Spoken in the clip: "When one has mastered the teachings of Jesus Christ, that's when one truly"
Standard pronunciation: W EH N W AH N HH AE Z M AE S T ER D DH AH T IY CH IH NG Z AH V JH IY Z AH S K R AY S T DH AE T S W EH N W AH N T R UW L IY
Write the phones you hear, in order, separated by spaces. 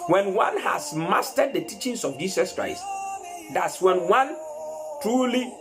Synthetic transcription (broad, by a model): W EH N W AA N HH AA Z M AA S T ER D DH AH T IY CH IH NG S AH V JH IY S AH S K R AY S T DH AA T S W EH N W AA N T R UW L IY